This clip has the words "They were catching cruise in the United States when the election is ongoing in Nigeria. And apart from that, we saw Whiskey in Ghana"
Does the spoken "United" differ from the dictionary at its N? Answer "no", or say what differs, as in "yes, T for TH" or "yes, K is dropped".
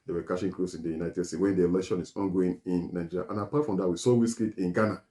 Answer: no